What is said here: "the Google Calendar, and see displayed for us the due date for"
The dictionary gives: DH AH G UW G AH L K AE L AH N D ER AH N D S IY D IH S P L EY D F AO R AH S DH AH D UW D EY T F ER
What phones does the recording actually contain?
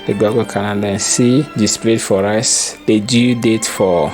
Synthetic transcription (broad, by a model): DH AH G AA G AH K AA N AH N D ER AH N S IY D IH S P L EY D F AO R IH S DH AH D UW D EY T F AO